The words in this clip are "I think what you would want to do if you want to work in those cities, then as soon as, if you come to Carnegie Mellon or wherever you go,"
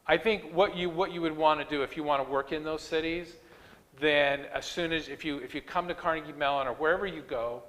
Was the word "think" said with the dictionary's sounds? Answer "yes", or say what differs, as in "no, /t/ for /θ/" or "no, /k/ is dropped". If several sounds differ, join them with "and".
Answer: yes